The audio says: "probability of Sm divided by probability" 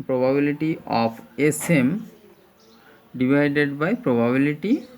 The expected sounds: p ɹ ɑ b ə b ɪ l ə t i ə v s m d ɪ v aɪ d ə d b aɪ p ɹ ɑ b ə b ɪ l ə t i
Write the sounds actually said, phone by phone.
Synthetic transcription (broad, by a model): p ɹ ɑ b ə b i l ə t i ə p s m d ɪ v aɪ d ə d b aɪ p ɹ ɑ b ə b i l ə t i